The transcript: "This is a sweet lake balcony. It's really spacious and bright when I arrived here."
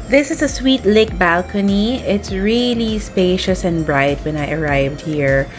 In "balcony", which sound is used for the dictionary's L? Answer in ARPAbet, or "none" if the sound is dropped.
L